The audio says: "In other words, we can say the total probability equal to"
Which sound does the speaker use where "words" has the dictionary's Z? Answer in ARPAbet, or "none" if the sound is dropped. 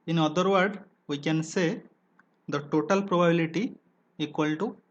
none